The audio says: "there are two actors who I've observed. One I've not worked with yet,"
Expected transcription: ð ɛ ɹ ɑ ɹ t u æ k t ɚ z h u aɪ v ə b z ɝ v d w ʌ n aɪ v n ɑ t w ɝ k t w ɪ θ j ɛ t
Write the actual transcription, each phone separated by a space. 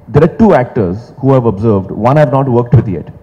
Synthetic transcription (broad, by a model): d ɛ ɹ ɑ ɹ t u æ k t ɚ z h u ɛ v ə b z ɝ v d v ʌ n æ v n ɑ t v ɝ k t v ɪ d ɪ t